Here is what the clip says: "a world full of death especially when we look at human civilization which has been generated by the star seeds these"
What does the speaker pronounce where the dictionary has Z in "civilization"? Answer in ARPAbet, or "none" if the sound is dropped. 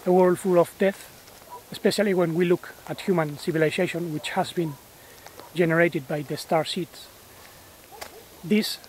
S